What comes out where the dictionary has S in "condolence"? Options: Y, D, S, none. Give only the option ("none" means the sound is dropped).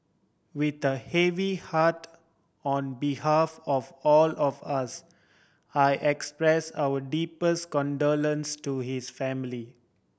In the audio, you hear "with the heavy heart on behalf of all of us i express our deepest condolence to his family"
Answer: S